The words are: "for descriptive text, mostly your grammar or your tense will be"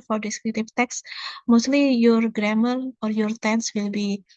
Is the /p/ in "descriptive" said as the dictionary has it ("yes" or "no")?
no